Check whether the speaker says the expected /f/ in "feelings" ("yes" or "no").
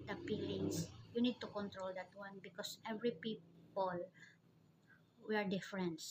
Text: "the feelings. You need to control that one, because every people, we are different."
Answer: no